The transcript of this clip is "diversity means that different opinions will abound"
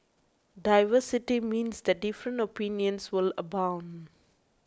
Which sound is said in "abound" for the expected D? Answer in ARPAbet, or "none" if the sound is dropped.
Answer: D